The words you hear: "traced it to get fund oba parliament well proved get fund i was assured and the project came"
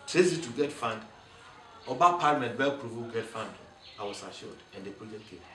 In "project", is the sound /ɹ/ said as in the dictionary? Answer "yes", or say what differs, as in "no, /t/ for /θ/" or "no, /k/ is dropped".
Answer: no, /ɹ/ is dropped